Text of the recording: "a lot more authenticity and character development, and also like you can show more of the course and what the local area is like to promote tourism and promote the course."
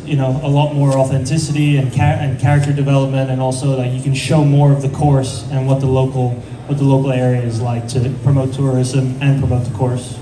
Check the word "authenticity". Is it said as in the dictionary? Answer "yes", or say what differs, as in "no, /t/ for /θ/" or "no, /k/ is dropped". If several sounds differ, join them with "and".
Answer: yes